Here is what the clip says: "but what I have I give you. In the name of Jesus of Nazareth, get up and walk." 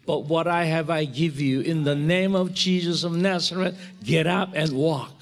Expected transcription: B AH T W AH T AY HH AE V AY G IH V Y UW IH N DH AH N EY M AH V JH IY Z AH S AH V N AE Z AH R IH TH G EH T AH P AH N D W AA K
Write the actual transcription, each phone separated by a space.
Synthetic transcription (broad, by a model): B AH T W AH T AY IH V AY G IH V Y UW IH N DH AH N EY M AH V JH IY Z AH S AH V N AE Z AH R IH T G EH T AH P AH N W AA K